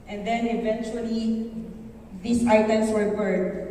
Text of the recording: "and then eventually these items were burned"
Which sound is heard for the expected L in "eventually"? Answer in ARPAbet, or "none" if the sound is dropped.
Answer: L